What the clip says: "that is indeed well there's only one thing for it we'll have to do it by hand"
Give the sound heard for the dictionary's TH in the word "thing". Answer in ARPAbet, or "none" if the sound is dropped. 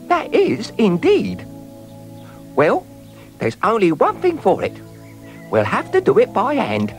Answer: TH